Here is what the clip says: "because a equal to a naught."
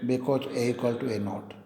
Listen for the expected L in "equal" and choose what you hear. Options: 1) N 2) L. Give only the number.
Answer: 2